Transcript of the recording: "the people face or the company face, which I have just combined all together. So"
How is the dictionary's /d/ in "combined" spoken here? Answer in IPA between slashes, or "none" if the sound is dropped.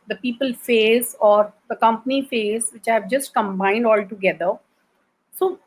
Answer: /d/